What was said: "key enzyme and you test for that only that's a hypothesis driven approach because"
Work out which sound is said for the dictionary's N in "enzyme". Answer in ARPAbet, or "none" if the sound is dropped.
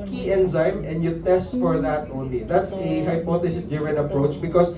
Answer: N